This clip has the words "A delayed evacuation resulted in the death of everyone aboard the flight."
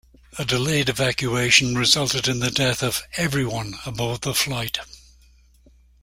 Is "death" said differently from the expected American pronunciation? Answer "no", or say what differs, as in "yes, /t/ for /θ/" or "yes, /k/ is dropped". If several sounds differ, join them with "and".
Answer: no